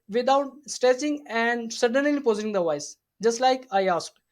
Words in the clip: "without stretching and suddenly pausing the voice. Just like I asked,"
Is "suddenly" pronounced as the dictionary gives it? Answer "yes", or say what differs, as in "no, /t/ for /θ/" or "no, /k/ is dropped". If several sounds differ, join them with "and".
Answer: yes